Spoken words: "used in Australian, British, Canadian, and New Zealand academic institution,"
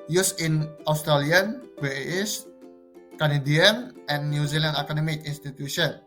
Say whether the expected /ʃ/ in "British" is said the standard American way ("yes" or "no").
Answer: no